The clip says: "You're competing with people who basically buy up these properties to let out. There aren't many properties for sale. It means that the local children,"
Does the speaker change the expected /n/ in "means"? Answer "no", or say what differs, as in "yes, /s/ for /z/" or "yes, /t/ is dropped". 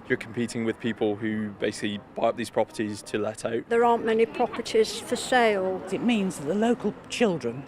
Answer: no